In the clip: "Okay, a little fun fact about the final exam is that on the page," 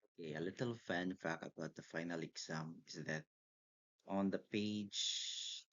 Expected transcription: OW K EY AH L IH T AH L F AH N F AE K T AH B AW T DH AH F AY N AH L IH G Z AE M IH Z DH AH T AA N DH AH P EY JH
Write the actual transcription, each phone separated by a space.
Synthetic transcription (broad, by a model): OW K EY AH L IH T AH L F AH N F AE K AH B AW T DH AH F AY N AH L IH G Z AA M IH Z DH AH T AA N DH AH P EY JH